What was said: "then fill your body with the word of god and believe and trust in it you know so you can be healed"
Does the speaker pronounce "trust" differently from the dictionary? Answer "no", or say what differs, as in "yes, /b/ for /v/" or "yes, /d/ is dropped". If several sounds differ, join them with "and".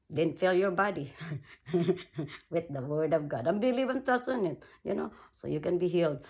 yes, /ɹ/ is dropped and /t/ is dropped